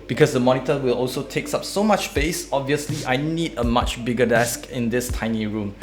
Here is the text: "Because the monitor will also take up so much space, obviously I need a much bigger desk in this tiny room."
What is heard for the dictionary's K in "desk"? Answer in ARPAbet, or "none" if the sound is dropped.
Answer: K